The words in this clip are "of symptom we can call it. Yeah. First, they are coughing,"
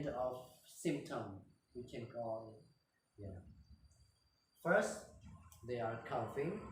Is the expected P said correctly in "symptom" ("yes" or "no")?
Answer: yes